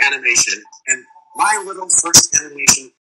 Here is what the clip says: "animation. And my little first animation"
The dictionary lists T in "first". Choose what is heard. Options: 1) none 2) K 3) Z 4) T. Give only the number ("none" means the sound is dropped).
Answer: 4